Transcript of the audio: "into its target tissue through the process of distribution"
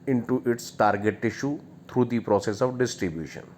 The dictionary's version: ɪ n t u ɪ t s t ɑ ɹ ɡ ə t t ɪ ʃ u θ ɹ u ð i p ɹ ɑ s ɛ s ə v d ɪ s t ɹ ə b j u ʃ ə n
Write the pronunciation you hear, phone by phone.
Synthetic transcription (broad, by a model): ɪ n t u ɪ t s t ɑ ɹ ɡ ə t t ɪ ʃ u t ɹ u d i p ɹ ɑ s ɛ s ə v d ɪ s t ɹ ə b j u ʃ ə n